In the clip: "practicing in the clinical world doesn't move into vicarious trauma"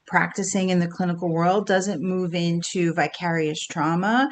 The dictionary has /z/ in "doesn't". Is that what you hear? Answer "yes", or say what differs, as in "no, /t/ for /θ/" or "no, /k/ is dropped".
yes